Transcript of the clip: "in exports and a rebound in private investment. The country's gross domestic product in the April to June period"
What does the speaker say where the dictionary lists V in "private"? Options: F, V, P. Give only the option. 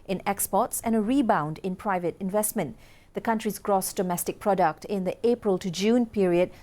V